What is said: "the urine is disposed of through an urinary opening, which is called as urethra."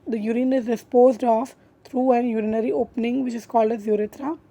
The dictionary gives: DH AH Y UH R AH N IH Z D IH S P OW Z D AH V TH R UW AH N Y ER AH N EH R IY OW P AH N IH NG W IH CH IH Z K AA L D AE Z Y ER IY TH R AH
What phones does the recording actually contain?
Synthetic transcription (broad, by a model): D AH Y UH R AH N IH Z D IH S P OW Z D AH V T R UW AH N Y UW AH N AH R IY OW P AH N IH NG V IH CH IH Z K AA L D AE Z Y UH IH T R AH